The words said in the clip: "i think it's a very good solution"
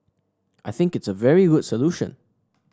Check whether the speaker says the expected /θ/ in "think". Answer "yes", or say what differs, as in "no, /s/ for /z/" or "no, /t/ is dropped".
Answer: yes